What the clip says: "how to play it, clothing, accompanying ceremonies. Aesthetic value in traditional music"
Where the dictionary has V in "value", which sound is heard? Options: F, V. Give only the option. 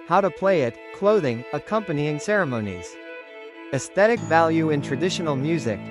V